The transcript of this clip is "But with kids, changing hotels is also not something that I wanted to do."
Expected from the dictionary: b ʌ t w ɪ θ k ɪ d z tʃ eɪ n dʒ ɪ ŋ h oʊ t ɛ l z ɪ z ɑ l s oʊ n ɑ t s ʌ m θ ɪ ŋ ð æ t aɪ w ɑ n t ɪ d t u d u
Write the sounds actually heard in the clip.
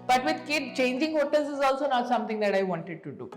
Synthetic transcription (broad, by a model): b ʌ t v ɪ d k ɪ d tʃ eɪ n dʒ ɪ ŋ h oʊ t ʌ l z ɪ z ɑ l s oʊ n ɑ t s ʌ m t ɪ ŋ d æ t aɪ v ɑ n t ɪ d t u d u